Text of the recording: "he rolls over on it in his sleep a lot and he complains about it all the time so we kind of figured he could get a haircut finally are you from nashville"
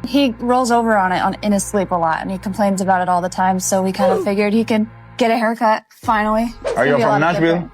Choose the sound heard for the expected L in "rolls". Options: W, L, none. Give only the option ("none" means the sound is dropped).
L